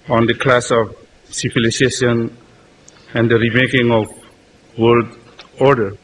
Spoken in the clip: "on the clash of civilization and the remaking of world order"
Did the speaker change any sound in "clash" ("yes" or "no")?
yes